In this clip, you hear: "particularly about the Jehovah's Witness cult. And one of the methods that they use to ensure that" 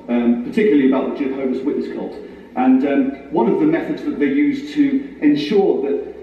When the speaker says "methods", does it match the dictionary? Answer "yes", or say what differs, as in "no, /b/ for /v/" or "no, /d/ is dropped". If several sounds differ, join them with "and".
yes